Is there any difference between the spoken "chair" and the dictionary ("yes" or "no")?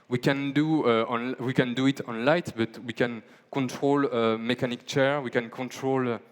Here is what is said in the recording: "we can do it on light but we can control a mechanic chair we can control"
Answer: no